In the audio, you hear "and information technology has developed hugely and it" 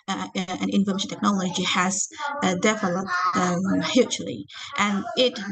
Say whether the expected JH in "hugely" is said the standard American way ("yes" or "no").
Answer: no